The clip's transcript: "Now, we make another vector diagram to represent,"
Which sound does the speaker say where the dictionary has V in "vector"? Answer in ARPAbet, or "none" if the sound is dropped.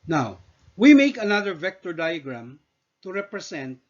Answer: V